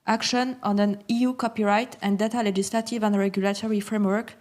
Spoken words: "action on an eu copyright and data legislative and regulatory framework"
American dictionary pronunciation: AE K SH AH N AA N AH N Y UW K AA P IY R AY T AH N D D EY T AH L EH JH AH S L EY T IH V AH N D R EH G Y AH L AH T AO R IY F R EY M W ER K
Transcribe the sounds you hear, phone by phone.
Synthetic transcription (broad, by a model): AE K SH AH N AA N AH N Y UW K AA P IY R AY T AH N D D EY T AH L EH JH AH S L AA T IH V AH N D R EH G Y AH L AH T AO R IY F R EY M W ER K